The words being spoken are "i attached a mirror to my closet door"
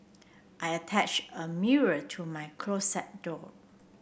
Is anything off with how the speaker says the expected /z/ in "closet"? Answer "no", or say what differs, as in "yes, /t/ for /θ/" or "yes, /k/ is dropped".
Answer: yes, /s/ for /z/